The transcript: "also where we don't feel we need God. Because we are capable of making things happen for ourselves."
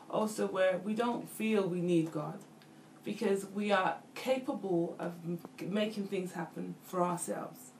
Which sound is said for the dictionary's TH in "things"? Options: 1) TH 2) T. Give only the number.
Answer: 1